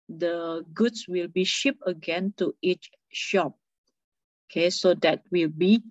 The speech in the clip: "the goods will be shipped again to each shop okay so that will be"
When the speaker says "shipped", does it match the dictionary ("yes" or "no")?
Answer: no